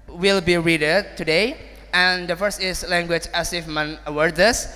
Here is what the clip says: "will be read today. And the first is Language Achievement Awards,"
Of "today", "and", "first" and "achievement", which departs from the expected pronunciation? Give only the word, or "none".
achievement